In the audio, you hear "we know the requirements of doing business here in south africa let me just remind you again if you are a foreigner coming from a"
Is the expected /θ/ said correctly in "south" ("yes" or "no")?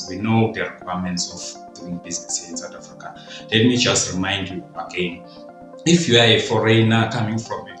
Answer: no